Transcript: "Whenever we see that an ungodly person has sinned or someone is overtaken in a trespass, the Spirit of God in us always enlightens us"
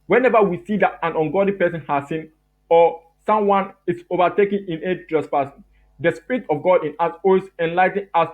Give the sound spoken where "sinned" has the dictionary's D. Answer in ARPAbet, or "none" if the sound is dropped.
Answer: none